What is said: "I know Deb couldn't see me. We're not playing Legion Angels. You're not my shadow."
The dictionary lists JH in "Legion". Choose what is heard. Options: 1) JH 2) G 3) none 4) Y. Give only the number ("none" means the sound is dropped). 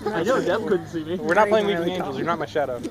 3